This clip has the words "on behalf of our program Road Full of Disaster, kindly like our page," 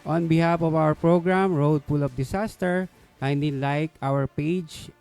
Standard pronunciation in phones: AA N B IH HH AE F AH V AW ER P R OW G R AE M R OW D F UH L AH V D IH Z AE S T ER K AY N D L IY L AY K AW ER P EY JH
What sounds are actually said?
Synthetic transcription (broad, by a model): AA N B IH HH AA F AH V AW ER P R OW G R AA M R OW D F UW L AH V D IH S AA S T ER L AY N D IY L AY K AW ER P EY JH